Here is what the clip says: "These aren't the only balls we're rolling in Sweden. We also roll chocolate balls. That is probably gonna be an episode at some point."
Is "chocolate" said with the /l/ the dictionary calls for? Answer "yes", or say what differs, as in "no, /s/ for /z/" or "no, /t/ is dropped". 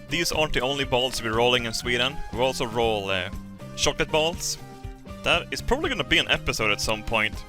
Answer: no, /l/ is dropped